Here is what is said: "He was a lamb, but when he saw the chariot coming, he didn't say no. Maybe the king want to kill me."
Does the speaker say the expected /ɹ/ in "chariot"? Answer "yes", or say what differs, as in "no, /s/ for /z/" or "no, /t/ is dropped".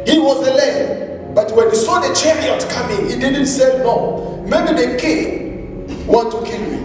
yes